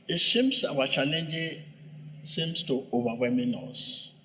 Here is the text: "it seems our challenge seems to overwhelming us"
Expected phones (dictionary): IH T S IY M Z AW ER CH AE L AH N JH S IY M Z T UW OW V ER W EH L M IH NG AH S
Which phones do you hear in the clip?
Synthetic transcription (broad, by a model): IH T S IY M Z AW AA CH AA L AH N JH S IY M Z T UW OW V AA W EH M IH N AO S